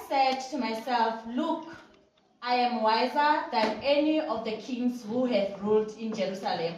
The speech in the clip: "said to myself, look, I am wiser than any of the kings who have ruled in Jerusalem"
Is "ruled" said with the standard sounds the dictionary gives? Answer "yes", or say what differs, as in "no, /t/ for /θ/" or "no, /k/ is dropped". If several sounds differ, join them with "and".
yes